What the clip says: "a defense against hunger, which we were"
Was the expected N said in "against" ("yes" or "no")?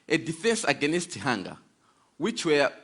yes